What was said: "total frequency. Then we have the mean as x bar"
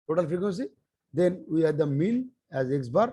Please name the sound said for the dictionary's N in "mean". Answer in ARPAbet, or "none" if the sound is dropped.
L